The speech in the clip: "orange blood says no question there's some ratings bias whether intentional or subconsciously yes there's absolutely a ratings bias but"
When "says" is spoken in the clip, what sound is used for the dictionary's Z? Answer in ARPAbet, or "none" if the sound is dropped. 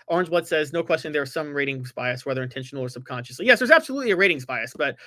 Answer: Z